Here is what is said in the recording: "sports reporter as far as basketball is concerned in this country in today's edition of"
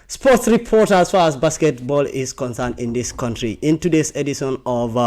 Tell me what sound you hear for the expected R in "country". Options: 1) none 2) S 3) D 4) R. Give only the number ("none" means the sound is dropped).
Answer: 4